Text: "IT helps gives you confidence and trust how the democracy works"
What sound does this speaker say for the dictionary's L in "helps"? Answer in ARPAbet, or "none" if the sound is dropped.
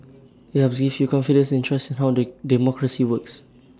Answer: none